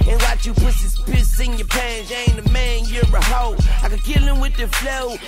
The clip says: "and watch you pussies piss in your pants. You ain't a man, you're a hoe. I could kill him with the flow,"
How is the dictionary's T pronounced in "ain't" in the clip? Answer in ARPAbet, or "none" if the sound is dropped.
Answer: none